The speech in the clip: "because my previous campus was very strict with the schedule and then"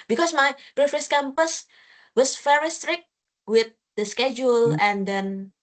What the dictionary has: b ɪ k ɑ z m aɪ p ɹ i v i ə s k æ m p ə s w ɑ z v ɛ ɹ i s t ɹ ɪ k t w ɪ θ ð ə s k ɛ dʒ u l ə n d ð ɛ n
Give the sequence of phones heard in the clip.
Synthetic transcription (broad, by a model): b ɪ k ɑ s m aɪ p ɹ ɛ f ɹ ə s k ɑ m p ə s w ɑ s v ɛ ɹ i s t ɹ ɪ k t w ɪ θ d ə s k ɛ dʒ u l ə n d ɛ n